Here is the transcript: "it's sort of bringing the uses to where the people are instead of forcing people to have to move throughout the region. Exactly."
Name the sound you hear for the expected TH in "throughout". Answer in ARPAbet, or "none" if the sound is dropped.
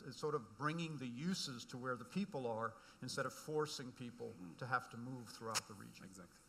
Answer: TH